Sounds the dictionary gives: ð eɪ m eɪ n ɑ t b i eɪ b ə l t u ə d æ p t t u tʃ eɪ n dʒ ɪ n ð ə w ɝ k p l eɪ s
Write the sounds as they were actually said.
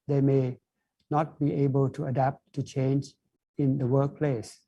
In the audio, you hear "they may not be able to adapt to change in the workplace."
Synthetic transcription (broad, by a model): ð eɪ m eɪ n ɑ t b i eɪ b ə l t u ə d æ p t t u tʃ eɪ n dʒ ɪ n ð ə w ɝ k p l eɪ s